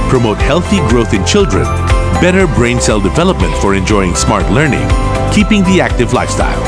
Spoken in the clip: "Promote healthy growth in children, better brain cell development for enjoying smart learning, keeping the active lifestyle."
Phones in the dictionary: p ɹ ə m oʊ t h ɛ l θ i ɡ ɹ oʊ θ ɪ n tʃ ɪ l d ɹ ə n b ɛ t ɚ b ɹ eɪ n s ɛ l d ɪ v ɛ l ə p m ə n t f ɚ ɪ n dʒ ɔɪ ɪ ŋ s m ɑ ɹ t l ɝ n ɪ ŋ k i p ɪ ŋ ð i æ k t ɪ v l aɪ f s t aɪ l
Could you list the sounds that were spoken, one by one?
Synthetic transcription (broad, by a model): p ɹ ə m oʊ t h ɛ l θ i ɡ ɹ oʊ θ ɪ n tʃ ɪ l d ɹ ə n b ɛ t ɚ b ɹ eɪ n s ɛ l d ɪ v ɛ l ə p m ə n t f ɚ ɪ n dʒ ɔɪ ɪ ŋ s m ɑ ɹ t l ɝ n ɪ ŋ k i p ɪ ŋ ð i æ k t ɪ v l aɪ f s t aɪ l